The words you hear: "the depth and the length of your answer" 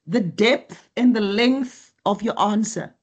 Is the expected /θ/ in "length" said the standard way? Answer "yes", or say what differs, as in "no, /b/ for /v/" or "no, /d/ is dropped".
yes